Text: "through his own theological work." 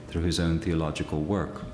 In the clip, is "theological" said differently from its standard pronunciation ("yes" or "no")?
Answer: no